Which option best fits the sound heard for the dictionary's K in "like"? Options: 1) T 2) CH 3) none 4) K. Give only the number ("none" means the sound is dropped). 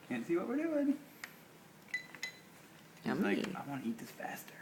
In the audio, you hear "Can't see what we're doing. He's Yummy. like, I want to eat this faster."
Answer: 3